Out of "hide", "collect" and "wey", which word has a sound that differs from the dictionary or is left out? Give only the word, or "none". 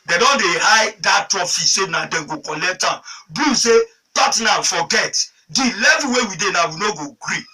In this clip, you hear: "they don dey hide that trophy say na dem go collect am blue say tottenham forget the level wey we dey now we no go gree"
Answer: none